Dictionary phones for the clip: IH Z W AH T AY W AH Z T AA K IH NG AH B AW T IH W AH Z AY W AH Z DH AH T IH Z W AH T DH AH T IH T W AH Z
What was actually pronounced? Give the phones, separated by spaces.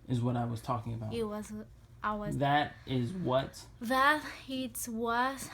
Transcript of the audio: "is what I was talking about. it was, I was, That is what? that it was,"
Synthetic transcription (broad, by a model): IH Z W AH T AY W AH Z T AA K IH NG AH B AW IH W AH Z AY W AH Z DH AH T IH Z W AH T DH AH T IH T W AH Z